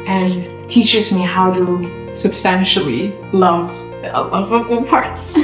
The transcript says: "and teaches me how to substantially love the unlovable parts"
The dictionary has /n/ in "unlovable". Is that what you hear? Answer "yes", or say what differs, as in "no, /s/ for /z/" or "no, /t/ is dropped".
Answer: no, /n/ is dropped